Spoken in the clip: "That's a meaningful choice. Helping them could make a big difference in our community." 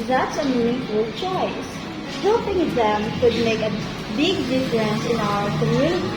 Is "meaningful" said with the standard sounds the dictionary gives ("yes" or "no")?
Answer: no